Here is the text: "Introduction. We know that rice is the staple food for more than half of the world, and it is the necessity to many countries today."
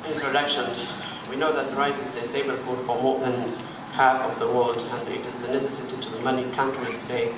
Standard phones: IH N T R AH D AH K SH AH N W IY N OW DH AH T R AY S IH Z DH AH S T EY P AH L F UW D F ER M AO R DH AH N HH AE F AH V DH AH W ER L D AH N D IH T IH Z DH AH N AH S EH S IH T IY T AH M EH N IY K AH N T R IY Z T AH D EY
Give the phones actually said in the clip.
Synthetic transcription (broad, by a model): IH N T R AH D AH K SH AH N W IY N OW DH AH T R AY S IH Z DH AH S T EY B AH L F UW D F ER M AO R DH AH N HH AE F AH V DH AH W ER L D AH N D IH T IH Z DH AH N AH S EH S IH T IY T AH M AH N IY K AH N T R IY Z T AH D EY